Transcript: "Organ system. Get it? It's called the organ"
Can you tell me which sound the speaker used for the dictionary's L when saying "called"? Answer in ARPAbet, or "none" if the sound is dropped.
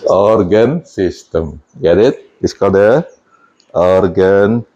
none